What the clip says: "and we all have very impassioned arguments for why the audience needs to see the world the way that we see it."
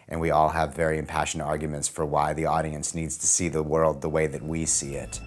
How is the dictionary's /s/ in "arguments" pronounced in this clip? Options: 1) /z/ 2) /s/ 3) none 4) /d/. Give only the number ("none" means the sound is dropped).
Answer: 2